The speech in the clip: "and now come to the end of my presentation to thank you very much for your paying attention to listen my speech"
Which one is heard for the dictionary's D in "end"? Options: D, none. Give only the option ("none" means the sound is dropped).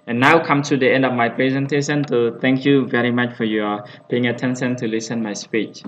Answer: D